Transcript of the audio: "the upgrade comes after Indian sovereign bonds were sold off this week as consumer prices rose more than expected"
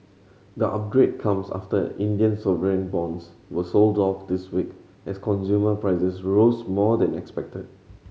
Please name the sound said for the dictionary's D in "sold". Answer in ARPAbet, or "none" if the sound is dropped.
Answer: D